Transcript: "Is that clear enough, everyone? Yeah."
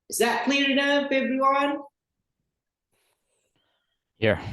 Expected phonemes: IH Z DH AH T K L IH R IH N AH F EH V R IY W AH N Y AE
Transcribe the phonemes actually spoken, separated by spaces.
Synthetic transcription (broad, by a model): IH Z DH AH T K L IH R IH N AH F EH B R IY W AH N Y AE